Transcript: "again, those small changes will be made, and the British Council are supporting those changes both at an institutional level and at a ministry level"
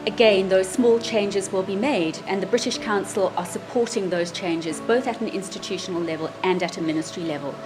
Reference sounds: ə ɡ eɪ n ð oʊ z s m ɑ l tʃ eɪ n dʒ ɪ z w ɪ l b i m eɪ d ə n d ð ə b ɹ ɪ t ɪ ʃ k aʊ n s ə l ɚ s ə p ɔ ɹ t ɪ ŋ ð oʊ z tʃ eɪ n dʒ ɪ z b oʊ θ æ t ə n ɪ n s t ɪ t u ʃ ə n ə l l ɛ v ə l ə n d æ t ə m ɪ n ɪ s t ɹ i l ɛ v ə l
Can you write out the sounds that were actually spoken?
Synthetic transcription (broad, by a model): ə ɡ eɪ n ð oʊ z s m ɑ l tʃ eɪ n dʒ ɪ z w ɪ l b i m eɪ d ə n ð ə b ɹ ɪ t ɪ ʃ k aʊ n s ə l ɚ s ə p ɔ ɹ t ɪ ŋ ð oʊ z tʃ eɪ n dʒ ɪ z b oʊ θ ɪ t n ɪ n s t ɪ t u ʃ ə n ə l l ɛ v ə l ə n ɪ t ə m ɪ n ɪ s t ɹ i l ɛ v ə l